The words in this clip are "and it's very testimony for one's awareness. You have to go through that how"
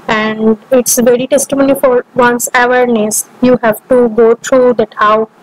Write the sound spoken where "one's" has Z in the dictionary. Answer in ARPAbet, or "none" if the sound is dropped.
S